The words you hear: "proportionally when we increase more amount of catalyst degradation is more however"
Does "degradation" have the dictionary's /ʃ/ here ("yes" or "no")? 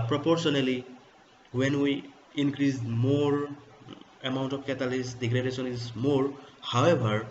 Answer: no